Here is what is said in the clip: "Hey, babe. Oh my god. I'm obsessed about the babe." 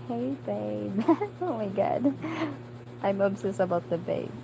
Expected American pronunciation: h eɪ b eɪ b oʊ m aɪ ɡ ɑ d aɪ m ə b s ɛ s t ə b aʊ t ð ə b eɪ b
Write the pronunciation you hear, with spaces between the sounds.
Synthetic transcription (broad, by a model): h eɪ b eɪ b oʊ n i ɡ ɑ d aɪ m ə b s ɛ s ə b aʊ t ð ə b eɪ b